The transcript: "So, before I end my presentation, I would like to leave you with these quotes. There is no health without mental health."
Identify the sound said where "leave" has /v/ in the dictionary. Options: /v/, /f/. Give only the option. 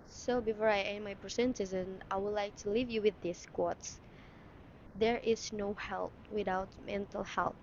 /v/